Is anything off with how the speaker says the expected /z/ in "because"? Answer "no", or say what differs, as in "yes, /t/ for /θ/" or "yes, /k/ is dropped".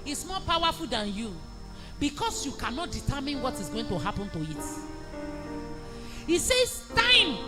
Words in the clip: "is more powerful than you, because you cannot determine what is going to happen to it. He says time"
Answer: yes, /s/ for /z/